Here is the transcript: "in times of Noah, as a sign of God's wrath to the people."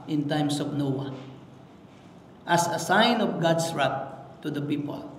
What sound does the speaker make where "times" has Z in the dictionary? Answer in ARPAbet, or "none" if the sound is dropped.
S